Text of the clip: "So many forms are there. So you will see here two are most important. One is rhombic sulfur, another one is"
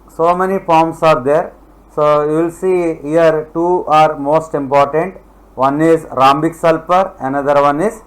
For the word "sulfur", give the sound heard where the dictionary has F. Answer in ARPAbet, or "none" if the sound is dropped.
P